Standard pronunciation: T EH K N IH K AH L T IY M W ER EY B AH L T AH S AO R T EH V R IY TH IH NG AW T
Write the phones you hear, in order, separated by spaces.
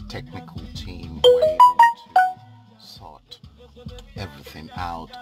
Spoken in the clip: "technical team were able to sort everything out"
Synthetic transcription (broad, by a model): T EH K N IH K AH L T IY M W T S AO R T EH V R IY TH IH NG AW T